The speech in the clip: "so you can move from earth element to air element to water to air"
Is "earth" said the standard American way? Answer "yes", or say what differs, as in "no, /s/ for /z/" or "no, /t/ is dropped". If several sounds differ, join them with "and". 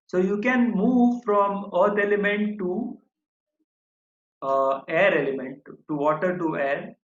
no, /t/ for /θ/